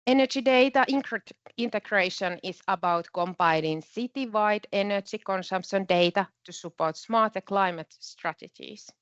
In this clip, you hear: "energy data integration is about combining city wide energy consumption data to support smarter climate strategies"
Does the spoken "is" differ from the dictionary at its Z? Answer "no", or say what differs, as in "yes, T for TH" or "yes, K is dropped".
yes, S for Z